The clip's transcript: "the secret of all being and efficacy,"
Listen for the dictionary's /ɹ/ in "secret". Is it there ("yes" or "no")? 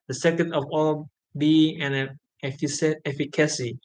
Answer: no